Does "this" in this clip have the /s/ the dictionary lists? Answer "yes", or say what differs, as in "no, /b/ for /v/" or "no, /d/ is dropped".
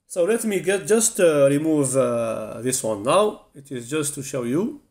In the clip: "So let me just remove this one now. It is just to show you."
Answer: yes